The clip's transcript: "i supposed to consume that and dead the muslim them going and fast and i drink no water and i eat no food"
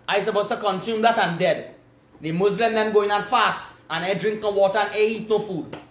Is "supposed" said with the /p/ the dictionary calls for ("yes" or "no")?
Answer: no